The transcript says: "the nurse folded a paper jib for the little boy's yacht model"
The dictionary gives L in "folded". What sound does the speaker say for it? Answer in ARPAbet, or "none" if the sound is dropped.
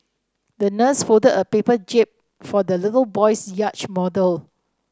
none